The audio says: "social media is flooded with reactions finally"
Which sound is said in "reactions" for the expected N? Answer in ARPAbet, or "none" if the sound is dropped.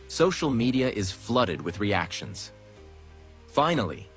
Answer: N